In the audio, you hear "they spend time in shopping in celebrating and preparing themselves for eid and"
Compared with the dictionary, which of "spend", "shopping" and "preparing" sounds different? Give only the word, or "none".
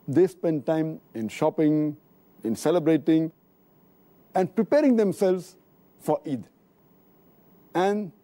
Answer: none